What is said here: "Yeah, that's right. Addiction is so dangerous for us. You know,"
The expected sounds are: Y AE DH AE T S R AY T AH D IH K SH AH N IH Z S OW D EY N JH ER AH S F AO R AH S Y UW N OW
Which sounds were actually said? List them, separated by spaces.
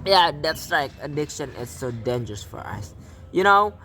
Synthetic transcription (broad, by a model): Y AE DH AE T S L AY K AH D IH K SH AH N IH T S OW D EY N JH ER AH S F AO R AH S Y UW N OW